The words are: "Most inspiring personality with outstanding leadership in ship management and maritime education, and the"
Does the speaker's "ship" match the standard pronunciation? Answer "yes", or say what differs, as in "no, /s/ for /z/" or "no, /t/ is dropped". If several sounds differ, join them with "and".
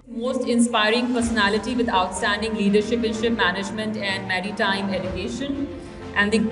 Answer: yes